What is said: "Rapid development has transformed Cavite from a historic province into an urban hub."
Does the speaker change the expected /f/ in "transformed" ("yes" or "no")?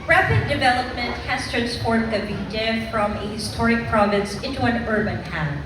yes